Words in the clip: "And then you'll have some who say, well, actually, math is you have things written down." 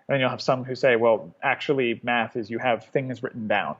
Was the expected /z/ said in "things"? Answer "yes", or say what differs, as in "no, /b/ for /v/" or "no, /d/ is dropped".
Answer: yes